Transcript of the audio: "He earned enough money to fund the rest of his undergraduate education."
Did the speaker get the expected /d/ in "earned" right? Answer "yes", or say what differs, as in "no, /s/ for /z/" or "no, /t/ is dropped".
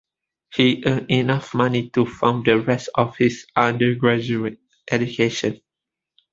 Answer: no, /d/ is dropped